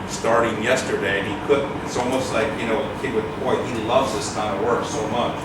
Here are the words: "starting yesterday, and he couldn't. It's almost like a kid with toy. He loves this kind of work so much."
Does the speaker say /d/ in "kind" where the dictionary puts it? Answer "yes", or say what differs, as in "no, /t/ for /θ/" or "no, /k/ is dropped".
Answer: no, /d/ is dropped